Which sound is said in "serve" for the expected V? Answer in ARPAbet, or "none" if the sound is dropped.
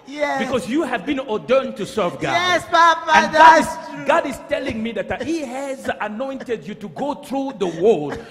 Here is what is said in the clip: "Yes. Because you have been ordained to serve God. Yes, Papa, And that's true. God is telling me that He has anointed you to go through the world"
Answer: V